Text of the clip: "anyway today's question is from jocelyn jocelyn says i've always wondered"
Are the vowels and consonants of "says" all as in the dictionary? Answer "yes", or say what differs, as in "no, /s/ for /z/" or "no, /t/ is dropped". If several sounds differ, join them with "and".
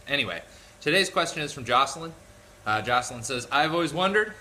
yes